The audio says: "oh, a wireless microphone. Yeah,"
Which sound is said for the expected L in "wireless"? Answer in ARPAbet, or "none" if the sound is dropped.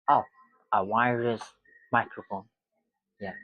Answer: none